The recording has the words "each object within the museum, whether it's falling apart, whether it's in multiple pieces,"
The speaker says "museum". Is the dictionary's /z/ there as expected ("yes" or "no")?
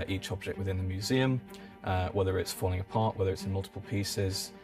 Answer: yes